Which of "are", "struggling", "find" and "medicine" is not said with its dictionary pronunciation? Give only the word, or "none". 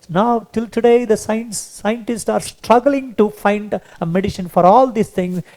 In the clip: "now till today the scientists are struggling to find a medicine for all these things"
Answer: medicine